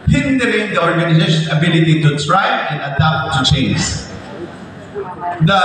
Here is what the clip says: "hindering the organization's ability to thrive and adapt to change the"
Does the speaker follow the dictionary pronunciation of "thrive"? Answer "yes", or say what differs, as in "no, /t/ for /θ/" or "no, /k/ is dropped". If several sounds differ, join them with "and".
no, /s/ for /θ/